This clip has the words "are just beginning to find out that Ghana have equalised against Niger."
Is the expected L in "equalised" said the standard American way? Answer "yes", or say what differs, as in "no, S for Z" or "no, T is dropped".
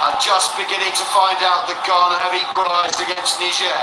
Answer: no, L is dropped